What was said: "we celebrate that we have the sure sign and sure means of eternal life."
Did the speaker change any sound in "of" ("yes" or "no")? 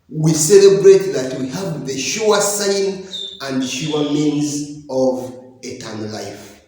no